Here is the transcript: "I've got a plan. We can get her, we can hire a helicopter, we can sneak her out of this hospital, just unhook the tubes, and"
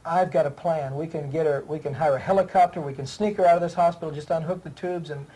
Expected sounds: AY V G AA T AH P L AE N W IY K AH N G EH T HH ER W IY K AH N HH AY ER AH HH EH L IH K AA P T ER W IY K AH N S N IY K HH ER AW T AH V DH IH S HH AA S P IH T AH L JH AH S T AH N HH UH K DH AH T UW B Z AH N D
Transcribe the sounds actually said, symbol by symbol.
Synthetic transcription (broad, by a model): AY V G AA T AH P L AE N W IY K AH N G EH T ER W IY K AH N HH AY ER AH HH EH L IH K AA P T ER W IY K AH N S N IY K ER AW T AH V DH IH S HH AA S P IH T L JH AH S T AH N HH UH K DH AH T UW B Z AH N